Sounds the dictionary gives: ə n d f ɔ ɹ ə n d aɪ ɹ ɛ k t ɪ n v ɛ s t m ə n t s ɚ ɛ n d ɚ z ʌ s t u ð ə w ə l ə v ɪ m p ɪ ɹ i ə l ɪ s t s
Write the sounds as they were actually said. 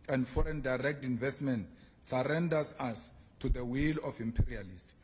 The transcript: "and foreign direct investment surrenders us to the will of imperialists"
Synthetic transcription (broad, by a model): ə n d f ɔ ɹ ə n d aɪ ɹ ɛ k t ɪ n v ɛ s t m ə n t s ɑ ɛ n d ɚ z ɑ s t u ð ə w ə l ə f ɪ m p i ɹ i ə l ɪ s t